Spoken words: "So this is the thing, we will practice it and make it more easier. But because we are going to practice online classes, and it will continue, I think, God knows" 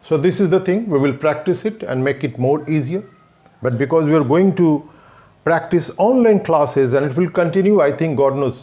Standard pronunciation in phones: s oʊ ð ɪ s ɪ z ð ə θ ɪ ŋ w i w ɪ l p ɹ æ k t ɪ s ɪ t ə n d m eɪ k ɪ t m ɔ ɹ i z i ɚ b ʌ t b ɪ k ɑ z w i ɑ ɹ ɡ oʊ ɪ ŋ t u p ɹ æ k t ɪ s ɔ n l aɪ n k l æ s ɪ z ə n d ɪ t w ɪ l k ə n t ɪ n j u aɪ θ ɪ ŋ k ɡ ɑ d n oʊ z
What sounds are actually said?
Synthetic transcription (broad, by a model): s oʊ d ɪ s ɪ z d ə t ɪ ŋ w i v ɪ l p ɹ æ k t ɪ s ɪ t ə n d m eɪ k ɪ t m ɔ ɹ i z i ɚ b ʌ t b ɪ k ɑ z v i ɑ ɹ ɡ oʊ ɪ ŋ t u p ɹ æ k t ɪ s ɔ n l aɪ n k l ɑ s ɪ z ə n d ɪ t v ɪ l k ə n t ɪ n j u aɪ t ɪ ŋ k ɡ ɑ d n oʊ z